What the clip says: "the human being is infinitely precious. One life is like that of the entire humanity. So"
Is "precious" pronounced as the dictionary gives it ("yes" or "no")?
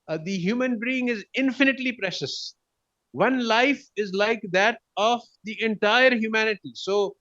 yes